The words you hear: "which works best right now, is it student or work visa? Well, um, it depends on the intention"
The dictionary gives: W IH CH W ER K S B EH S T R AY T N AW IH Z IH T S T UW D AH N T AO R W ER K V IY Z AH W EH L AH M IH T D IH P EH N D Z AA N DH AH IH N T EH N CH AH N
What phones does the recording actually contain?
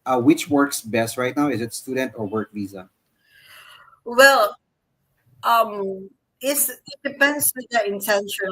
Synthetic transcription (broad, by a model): W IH CH W ER K S B EH S T R AY T N AW IH Z IH T S T UW D AH N T AO R W ER K V IY Z AH W EH L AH M IH T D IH P EH N D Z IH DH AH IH N T EH N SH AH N